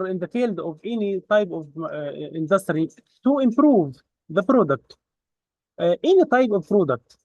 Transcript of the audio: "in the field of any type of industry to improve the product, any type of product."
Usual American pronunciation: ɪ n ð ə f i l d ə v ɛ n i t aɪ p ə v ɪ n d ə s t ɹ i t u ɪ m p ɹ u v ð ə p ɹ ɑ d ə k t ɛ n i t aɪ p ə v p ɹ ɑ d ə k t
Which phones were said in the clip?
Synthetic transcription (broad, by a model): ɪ n ð ə f i l d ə v ɛ n i t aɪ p ə v ɪ n d ə s t ɹ i t u ɪ m p ɹ u v ð ə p ɹ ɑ d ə k t ɛ n i t aɪ p ə v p ɹ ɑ d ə k t